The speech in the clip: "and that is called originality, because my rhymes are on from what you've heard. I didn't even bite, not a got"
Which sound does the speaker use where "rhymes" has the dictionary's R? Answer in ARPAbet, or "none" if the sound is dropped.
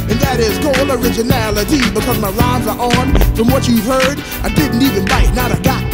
L